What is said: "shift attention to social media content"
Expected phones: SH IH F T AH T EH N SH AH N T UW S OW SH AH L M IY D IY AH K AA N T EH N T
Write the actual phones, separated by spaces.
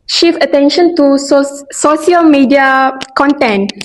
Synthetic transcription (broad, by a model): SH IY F AH T EH N SH AH N T UW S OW S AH L M IY D IY AH K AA N T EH N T